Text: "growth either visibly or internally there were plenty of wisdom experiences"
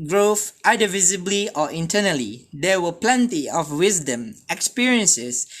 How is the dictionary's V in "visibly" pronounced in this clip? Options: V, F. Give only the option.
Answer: V